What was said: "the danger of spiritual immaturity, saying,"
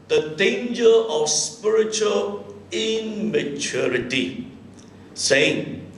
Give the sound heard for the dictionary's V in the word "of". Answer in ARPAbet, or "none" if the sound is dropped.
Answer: F